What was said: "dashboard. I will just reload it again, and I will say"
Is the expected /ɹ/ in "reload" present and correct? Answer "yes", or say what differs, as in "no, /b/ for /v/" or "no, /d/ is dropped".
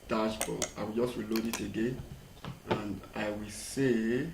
no, /w/ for /ɹ/